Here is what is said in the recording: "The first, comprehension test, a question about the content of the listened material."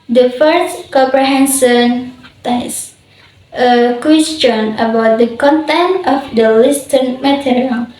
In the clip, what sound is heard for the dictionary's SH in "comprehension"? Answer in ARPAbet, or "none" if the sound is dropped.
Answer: S